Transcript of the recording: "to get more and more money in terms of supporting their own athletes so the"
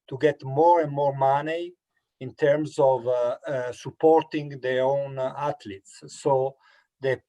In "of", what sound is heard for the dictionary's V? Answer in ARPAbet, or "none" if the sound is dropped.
V